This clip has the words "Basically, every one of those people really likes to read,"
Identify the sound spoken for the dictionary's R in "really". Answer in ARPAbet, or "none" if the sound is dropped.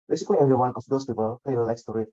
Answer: L